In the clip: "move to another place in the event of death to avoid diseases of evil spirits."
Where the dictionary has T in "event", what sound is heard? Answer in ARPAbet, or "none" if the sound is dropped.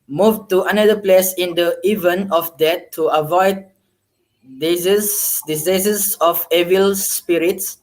none